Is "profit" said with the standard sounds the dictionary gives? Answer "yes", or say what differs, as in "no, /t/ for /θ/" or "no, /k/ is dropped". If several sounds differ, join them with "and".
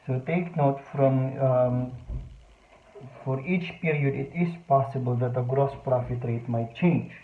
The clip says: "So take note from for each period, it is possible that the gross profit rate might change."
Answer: yes